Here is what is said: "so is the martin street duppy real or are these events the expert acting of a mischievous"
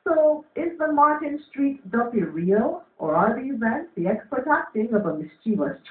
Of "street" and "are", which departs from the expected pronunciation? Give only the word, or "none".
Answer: none